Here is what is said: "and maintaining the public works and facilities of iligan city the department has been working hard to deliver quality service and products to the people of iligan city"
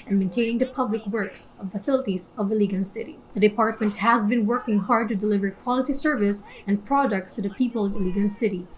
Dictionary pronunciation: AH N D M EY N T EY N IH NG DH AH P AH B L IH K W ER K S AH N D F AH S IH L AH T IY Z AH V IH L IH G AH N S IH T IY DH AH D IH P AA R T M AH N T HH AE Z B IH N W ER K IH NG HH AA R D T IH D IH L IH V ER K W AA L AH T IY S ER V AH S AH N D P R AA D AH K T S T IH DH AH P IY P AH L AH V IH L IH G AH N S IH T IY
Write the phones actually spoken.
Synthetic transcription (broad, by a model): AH N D M EY N T EY N IH NG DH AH P AH B L IH K W ER K S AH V F AH S IH L AH T IY Z AH V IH L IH G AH N S IH T IY DH AH D IH P AA R T M AH N T HH AE Z B IH N W ER K IH NG HH AA R D T IH D IH L IH V ER K W AA L AH T IY S ER V AH S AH N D P R AA D AH K T S T IH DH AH P IY P AH L AH V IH L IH G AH N S IH T IY